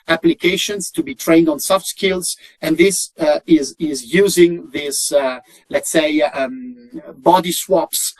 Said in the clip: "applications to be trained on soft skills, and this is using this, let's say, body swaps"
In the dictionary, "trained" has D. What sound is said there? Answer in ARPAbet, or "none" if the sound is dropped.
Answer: D